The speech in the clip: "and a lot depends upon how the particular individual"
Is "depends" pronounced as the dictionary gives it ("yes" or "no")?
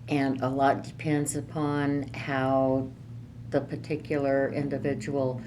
yes